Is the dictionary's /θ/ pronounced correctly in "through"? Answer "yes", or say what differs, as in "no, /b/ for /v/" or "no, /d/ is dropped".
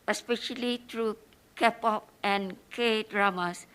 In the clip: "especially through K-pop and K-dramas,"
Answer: no, /t/ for /θ/